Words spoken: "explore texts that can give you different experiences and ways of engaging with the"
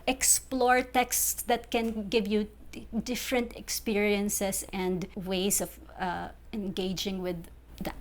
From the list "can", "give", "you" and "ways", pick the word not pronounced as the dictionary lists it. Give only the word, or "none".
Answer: ways